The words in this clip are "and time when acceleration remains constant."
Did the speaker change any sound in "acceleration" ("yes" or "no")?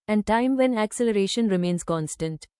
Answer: no